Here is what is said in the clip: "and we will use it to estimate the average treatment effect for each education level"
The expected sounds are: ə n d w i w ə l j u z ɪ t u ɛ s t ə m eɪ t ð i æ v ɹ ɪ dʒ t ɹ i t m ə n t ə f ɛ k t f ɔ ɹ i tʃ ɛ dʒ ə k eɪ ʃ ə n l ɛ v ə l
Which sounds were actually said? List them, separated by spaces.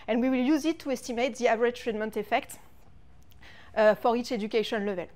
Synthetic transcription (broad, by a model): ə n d w i w ə l j u z ɪ t u ɛ s t ə m eɪ t ð i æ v ɹ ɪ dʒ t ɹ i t m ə n t ə f ɛ k t f ɔ ɹ i tʃ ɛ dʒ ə k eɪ ʃ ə n l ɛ v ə l